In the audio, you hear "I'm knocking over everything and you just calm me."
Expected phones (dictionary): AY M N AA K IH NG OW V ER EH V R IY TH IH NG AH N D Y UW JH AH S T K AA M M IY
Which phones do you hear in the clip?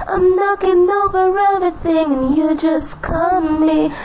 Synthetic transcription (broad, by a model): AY M N AA K IH NG OW V ER EH V R IY TH IH NG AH N Y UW JH AH S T K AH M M IY